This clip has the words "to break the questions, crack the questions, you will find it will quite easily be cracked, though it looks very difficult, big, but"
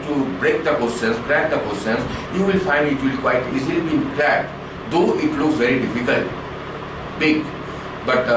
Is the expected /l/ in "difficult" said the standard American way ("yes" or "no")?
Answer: yes